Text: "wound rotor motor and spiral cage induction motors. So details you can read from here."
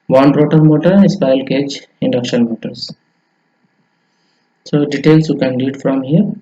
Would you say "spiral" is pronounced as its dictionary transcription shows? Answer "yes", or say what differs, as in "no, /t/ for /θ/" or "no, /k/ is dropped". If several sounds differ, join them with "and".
no, /ɹ/ is dropped